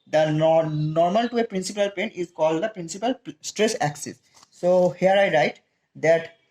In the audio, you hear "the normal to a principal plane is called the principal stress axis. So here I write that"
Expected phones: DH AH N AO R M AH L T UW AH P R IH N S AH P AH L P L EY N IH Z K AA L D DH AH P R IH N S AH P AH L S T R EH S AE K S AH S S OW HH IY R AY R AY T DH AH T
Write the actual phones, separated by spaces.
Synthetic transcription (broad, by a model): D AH N AO R M AH L T UW AH P R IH N S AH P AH L P EY N IH Z K AA L D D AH P R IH N S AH P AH L S T R EH S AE K S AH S S OW HH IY R AY R AY T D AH T